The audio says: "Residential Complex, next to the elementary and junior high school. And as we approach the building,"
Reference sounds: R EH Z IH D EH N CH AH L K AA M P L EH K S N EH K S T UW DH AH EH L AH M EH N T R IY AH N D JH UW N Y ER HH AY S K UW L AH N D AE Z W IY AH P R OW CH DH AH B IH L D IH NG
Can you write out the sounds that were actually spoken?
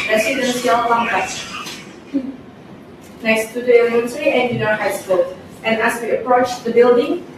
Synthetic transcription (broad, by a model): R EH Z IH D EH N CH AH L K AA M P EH S N EH K S T UW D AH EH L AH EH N S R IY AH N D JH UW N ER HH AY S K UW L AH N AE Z W IY AH P R OW CH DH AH B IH L D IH NG